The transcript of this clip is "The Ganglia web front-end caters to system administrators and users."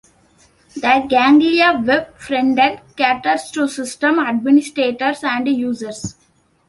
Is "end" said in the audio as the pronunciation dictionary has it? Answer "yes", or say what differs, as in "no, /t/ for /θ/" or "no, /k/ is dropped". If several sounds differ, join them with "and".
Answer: no, /n/ is dropped